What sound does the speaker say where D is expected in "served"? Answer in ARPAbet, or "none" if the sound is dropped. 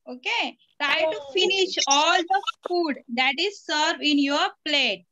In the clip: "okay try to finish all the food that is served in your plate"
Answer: none